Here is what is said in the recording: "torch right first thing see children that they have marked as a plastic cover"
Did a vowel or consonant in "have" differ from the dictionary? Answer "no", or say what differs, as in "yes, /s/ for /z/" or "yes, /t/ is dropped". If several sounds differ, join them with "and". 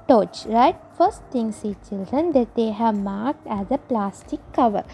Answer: no